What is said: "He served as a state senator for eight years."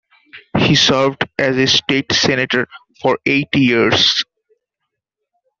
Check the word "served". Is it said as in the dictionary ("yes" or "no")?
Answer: yes